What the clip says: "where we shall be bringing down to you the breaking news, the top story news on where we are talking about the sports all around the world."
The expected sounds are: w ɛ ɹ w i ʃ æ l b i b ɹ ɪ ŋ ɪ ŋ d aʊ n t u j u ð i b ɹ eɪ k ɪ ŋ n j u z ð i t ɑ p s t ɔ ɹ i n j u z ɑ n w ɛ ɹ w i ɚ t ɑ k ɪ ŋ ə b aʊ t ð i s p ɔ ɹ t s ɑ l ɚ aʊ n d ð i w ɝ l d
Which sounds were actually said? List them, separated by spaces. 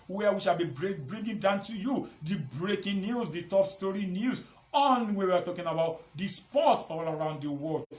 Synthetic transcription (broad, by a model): w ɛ w i ʃ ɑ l b i b ɹ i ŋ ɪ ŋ d aʊ n t u j u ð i b ɹ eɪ k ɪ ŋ n j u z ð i t ɑ p s t ɔ ɹ i n j u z ɑ n w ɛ w i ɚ t ɑ k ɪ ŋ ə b aʊ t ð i s p ɔ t ɑ l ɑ aʊ n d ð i w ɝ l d